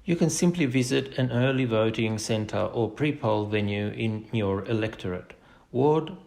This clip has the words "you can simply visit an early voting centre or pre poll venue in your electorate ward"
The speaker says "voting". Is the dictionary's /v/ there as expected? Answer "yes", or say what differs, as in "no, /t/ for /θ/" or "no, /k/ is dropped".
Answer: yes